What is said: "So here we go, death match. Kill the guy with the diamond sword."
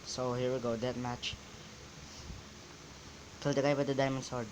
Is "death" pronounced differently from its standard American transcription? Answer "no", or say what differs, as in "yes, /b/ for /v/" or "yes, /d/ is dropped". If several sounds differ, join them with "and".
yes, /t/ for /θ/